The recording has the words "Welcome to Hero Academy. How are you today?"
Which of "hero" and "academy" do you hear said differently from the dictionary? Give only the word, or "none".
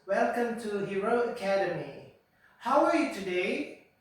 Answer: none